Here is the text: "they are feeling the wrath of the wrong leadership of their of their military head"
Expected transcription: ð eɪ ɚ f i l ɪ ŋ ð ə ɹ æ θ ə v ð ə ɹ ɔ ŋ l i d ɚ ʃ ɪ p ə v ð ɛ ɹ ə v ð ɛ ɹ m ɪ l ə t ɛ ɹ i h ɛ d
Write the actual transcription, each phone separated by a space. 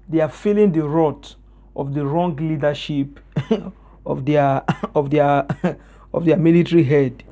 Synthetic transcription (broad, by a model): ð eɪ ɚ f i l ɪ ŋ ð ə ɹ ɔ t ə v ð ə ɹ ɔ ŋ l i d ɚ ʃ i p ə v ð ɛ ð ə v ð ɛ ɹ m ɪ l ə t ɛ ɹ i h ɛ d